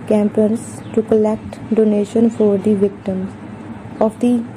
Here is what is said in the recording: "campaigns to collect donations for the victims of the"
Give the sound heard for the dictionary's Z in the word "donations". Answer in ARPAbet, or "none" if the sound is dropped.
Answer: none